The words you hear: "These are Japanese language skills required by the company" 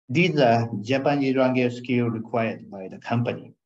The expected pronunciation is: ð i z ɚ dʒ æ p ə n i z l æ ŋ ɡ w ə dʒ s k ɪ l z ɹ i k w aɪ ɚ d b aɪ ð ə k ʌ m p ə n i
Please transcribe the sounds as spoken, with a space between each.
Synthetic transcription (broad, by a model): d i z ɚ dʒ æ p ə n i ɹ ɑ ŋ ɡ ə s k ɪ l ɹ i k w aɪ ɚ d b aɪ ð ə k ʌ m p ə n i